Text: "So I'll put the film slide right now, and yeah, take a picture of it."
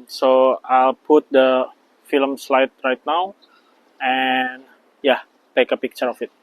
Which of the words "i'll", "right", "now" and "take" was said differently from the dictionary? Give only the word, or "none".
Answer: none